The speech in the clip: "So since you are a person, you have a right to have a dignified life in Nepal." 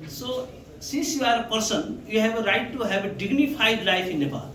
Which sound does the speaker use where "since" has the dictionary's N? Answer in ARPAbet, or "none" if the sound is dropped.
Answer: none